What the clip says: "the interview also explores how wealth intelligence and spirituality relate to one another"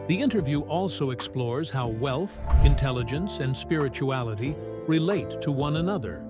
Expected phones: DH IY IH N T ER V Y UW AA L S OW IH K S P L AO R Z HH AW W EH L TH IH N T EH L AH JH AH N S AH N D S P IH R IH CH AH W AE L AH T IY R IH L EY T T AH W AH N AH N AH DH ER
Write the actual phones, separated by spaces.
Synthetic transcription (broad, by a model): DH IY IH N T ER V Y UW AA L S OW IH K S P L AO R Z HH AW W EH L TH IH N T EH L AH JH AH N S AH N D S P IH R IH CH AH AE L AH T IY R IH L EY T T AH W AH N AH N AH DH ER